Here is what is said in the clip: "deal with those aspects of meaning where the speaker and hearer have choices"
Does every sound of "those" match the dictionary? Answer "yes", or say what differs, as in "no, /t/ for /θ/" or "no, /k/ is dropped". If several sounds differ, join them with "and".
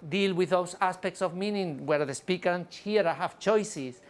no, /s/ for /z/